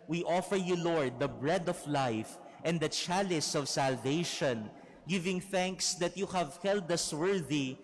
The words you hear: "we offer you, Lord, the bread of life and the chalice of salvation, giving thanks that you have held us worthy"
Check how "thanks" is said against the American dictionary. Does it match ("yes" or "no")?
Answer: yes